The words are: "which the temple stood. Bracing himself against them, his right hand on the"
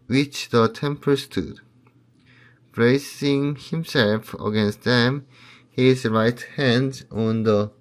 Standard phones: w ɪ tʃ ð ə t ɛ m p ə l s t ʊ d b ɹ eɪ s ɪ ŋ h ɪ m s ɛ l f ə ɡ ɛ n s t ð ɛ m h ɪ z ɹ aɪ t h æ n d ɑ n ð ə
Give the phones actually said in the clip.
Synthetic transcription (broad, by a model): w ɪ tʃ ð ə t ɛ m p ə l s t ʊ d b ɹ eɪ s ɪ ŋ h ɪ m s ɛ l f ə ɡ ɛ n s t ð ɛ m h ɪ z ɹ aɪ t h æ n d ɑ n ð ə